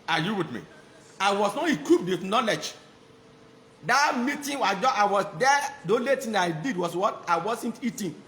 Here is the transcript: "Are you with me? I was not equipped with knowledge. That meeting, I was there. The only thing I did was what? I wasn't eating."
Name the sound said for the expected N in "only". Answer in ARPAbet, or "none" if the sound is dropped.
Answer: none